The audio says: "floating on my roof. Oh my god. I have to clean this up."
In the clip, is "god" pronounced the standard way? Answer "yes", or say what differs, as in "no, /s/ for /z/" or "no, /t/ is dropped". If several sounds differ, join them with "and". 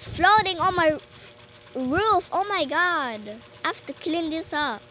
yes